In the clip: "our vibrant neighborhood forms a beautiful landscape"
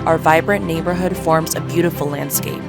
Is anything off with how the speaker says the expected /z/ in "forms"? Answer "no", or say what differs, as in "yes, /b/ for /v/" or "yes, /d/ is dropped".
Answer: no